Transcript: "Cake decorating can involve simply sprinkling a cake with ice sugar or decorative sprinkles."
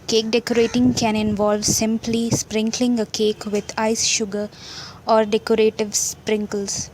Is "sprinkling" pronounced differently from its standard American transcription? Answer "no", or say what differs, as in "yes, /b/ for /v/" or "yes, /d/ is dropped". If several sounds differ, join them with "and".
no